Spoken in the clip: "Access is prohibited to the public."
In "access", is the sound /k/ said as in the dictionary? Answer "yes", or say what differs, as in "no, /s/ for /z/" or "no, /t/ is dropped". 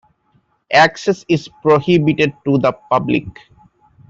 yes